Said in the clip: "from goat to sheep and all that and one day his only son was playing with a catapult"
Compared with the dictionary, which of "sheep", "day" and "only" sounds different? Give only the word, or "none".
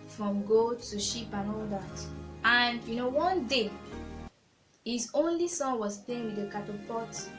none